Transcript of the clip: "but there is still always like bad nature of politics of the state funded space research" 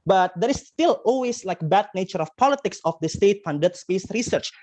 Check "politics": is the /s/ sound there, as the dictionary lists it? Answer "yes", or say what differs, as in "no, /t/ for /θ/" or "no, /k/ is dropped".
yes